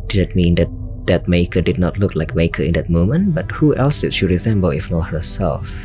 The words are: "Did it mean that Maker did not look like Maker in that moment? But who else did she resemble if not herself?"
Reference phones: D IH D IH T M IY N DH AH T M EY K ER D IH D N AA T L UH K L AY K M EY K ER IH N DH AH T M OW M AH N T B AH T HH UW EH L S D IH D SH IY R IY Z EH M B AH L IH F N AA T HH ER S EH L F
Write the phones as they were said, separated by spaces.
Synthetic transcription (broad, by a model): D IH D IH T M IY N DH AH T M EY K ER D IH D N AA T L UH K L AY K M EY K ER IH N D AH T M OW M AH N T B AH T HH UW EH L S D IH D SH IY R IY Z EH M B AH L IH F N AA HH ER S EH L F